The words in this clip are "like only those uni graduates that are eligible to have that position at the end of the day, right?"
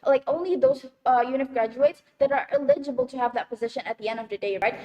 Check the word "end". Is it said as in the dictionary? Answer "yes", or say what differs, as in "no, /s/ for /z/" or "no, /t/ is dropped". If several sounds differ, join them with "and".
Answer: yes